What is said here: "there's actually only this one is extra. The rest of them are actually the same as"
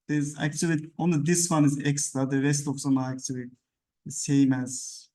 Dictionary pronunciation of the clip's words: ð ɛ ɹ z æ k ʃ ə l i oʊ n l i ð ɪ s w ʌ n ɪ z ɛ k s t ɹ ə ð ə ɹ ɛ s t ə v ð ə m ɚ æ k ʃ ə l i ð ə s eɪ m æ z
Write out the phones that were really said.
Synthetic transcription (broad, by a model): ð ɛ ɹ z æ k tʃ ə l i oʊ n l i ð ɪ s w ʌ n ɪ z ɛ k s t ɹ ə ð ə ɹ ɛ s t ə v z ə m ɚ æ k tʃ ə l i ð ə s eɪ m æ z